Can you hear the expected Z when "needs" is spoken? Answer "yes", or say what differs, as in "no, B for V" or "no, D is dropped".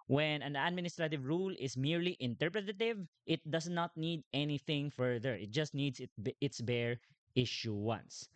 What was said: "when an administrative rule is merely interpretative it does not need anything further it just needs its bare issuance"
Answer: no, S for Z